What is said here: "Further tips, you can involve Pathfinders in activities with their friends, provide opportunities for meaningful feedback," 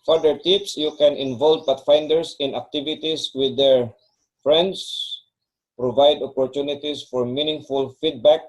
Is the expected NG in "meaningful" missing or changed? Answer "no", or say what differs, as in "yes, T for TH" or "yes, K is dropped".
no